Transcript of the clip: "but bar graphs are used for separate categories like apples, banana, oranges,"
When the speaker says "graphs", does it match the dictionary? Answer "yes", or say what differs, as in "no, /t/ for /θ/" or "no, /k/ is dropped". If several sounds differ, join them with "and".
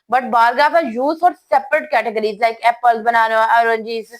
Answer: no, /ɹ/ is dropped